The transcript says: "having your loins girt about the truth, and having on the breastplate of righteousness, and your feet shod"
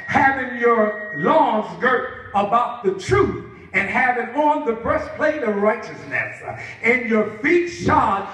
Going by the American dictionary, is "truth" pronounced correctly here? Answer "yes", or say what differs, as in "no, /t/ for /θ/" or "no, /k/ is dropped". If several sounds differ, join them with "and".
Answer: yes